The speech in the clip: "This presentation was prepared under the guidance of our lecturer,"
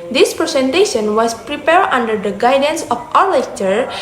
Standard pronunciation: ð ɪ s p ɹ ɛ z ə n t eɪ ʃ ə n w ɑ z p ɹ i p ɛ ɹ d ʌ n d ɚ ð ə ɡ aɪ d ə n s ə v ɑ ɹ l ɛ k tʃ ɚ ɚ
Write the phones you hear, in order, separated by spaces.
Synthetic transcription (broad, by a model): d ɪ s p ɹ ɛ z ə n t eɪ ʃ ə n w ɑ s p ɹ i p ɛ ɹ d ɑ n d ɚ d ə ɡ aɪ d ə n s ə f ɑ ɹ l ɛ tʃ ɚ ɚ